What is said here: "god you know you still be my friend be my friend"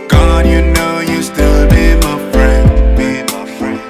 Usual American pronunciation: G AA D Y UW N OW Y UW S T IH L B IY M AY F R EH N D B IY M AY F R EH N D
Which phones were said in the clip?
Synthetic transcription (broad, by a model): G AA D Y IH N OW Y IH S T IH L B IY M AY F R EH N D B IY M AY F R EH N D